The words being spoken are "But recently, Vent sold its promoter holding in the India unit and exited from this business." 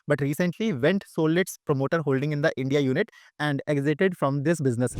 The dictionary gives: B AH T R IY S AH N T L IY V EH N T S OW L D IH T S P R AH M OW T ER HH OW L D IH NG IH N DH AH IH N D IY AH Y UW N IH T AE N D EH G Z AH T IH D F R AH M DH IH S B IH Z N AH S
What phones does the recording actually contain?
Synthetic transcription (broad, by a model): B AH T R IY S AH N T L IY V EH N T S OW L IH T S P R AH M OW T ER HH OW L D IH NG IH N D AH IH N D IY AH Y UW N IH T AE N D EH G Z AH T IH D F R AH M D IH S B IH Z N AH S